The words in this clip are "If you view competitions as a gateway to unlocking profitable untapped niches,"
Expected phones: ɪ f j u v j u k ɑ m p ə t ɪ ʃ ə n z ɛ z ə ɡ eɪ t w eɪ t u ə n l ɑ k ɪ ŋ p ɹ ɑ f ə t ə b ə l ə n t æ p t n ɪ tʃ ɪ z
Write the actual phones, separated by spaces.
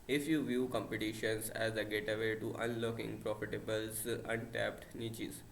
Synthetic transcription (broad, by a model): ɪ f j u v j u k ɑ m p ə t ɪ ʃ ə n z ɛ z ə ɡ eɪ t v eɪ t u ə n l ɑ k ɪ ŋ p ɹ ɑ f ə t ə b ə l ə n t æ p t n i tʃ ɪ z